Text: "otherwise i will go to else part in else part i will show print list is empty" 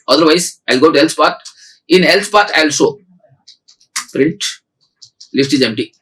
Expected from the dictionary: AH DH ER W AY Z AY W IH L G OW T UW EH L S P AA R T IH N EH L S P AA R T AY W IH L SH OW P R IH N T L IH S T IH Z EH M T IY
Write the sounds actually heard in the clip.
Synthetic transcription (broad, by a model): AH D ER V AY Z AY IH L G OW T UW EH L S P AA R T IH N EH L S P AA R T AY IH L S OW P R IH N T L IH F T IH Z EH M T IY